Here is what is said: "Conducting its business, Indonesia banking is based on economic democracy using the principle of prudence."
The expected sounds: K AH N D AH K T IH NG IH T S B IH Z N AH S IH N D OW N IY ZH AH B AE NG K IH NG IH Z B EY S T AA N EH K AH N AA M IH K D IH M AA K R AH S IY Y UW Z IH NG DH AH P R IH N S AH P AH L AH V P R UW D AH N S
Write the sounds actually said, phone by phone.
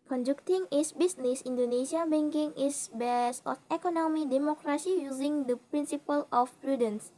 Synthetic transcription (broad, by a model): K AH N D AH K T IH NG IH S B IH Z N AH S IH N D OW N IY SH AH B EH NG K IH NG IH S B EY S AA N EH K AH N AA M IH D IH M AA K R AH S IY Y UW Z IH NG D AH P R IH N S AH P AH L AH F P R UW D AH N S